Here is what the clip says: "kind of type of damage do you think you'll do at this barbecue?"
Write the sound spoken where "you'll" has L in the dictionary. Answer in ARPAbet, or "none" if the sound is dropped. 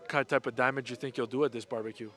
L